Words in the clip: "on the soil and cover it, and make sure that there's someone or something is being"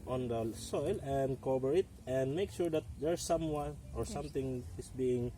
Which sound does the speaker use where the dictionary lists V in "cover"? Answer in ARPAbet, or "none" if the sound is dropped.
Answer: B